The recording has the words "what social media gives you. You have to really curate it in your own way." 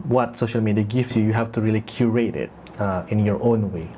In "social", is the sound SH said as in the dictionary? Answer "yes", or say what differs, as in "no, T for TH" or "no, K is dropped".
yes